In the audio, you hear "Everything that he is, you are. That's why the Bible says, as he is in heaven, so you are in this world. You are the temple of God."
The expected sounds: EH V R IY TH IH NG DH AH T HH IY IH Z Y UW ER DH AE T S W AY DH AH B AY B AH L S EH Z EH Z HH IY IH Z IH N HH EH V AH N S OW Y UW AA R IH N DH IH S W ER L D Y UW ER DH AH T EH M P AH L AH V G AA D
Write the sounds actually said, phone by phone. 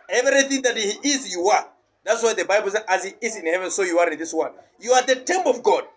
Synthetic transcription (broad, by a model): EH V R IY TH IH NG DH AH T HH IY IH Z Y UW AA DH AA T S W AY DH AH B AY B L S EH EH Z HH IY IH Z IH N HH EH V AH N S OW Y UW AA R IH N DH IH S W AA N Y UW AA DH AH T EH M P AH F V G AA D